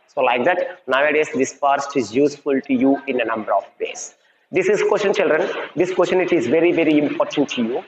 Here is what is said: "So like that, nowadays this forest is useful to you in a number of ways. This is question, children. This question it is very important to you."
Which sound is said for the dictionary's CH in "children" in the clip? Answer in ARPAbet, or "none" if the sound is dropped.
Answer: CH